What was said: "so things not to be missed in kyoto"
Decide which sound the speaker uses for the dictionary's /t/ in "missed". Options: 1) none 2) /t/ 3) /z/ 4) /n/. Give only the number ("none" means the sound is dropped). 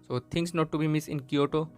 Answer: 1